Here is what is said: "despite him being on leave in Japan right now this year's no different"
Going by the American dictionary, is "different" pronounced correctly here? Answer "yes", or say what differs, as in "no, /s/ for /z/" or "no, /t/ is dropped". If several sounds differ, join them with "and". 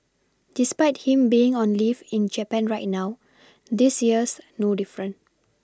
no, /t/ is dropped